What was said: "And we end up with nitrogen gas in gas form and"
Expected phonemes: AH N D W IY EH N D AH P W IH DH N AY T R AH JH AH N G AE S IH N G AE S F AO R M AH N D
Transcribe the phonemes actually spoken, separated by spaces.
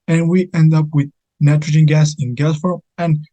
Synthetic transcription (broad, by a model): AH N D W IY EH N D AH P W IH DH N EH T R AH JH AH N G AE S IH N G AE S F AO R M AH N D